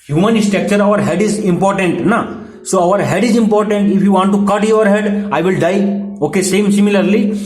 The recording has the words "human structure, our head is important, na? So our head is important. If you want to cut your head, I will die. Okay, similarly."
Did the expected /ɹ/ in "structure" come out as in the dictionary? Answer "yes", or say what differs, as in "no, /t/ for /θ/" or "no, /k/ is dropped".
no, /ɹ/ is dropped